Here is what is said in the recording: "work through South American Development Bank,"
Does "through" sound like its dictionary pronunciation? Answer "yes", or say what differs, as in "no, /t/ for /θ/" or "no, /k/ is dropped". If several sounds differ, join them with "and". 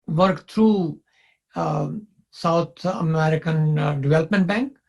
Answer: no, /t/ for /θ/